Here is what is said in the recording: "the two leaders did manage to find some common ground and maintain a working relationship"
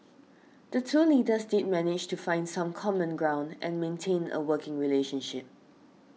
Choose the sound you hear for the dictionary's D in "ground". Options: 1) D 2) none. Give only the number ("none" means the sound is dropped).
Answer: 1